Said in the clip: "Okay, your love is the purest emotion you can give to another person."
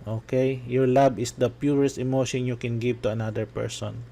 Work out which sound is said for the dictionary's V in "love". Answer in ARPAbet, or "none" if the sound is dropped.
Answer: B